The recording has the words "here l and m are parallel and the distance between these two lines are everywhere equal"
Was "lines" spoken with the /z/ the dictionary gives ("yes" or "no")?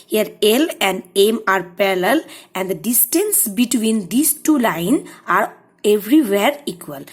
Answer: no